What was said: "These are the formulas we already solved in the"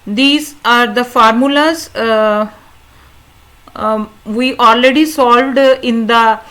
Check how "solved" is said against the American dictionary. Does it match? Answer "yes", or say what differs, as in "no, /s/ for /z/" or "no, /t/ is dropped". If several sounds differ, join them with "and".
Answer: yes